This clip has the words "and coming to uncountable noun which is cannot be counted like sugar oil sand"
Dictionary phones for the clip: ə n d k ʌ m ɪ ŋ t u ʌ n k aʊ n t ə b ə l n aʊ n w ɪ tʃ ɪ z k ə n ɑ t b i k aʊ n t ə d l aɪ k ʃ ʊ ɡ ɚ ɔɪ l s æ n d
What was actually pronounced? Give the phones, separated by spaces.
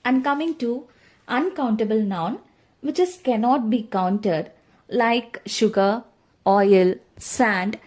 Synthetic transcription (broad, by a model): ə n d k ʌ m ɪ ŋ t u ʌ n k aʊ n t ə b ə l n aʊ n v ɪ tʃ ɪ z k ə n ɑ t b i k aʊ n t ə d l aɪ k ʃ ʊ ɡ ɚ ɔɪ l s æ n d